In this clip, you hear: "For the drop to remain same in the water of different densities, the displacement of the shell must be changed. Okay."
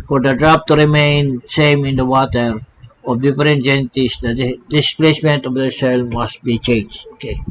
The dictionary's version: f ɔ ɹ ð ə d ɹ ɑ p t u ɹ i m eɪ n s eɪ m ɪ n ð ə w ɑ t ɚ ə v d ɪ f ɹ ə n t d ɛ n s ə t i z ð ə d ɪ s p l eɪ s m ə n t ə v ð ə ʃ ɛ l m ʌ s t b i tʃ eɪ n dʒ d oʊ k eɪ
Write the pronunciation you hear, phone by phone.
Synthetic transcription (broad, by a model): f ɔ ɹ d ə d ɹ ɑ p t u ɹ i m eɪ n s eɪ m ɪ n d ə w ɑ t ɚ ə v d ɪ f ɹ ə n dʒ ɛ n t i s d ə d ɪ s p l eɪ s m ə n t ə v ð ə s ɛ l m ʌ s t b i tʃ eɪ n dʒ d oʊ k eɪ